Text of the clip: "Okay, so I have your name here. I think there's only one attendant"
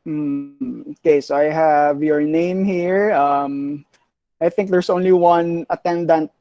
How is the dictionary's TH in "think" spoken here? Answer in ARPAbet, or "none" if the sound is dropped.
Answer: TH